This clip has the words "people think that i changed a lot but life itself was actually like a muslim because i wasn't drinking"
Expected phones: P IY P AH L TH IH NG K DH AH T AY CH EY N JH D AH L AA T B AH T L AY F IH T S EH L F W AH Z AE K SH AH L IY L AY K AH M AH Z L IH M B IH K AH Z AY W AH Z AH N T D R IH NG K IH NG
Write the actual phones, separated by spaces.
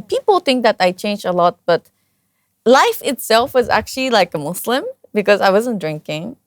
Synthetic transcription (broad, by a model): P IY P L TH IH NG K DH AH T AY CH EY N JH AH L AA T B AH T L AY F IH T S EH L F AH Z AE K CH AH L IY L AY K AH M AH S L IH M B IH K AH Z AY W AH Z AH N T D R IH NG K IH NG